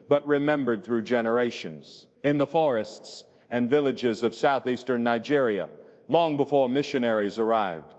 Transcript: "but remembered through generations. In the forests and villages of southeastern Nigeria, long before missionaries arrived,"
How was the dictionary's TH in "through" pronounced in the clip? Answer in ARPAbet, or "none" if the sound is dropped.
TH